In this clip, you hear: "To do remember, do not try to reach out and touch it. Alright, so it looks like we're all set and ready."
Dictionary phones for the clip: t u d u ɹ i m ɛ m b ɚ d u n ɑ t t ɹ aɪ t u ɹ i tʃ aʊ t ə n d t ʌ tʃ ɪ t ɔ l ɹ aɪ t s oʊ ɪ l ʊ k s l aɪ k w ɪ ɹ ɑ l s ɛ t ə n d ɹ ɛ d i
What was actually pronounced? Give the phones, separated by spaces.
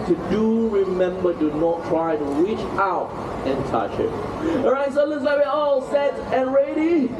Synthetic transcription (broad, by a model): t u d u ɹ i m ɛ m b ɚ d u n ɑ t t ɹ aɪ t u ɹ i tʃ aʊ t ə n t ʌ tʃ ɪ t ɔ ɹ aɪ t s oʊ l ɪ s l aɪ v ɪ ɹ ɑ l s ɛ t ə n ɹ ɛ d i